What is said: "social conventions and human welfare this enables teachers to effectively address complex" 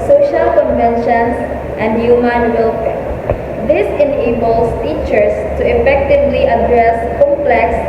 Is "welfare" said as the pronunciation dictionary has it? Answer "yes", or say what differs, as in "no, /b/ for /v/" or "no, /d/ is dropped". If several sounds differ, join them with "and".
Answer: no, /p/ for /f/